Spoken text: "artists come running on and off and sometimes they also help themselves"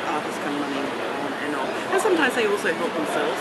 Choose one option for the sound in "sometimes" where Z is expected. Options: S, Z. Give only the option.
Z